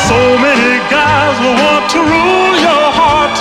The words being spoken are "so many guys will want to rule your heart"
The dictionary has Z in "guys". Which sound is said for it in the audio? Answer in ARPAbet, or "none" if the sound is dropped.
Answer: Z